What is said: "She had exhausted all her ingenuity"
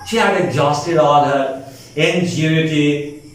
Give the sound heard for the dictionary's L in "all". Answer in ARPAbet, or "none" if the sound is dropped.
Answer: N